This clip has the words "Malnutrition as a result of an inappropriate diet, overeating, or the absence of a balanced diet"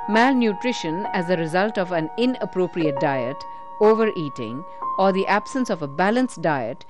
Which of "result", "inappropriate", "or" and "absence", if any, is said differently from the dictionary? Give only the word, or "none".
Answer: none